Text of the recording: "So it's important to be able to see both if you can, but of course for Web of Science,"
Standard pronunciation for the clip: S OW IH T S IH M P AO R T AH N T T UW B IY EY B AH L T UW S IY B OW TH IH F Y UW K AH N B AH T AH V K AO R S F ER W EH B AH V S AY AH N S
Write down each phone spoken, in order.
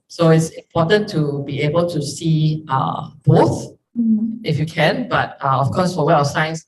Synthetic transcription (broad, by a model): S OW IH T S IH M P AO T AH N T T UW B IY EY B AH L T UW S IY B OW TH IH F Y UW K AH N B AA T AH F K AO S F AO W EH AH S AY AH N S